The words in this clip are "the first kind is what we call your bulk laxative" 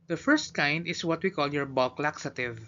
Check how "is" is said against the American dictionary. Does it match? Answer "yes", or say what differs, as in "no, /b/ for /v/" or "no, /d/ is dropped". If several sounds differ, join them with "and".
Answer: no, /s/ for /z/